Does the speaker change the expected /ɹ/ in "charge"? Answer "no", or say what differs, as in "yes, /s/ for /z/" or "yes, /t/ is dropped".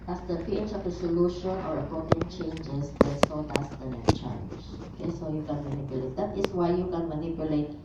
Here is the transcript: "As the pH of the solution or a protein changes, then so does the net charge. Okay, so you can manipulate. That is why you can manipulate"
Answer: yes, /l/ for /ɹ/